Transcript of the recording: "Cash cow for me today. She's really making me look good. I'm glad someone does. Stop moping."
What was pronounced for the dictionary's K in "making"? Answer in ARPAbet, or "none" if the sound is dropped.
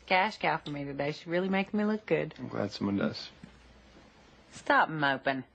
none